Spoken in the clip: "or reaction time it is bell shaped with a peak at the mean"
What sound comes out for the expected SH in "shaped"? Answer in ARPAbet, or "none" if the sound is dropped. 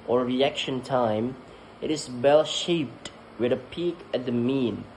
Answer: SH